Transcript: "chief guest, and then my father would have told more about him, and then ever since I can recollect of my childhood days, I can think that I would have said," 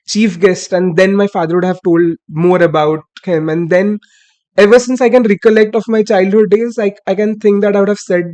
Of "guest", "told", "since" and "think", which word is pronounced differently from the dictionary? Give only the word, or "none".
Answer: think